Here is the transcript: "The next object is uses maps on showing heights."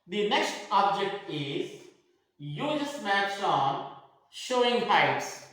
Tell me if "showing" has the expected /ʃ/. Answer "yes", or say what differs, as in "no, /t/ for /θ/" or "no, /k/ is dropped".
yes